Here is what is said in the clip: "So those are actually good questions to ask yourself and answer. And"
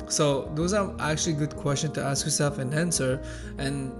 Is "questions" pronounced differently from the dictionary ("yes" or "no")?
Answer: yes